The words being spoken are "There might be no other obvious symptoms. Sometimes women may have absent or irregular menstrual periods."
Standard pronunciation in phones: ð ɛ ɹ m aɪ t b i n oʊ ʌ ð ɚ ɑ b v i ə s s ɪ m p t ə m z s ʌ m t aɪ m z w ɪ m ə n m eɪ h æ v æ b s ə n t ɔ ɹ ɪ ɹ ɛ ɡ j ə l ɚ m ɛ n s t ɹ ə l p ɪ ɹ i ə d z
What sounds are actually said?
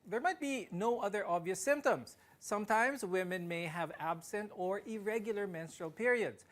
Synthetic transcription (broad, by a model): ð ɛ ɹ m aɪ t b i n oʊ ʌ ð ɚ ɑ b v i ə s s ɪ m p t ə m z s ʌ m t aɪ m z w ɪ m ə n m eɪ h æ v æ b s ə n t ɔ ɹ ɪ ɹ ɛ ɡ j l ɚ m ɛ n s t ɹ ə l p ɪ ɹ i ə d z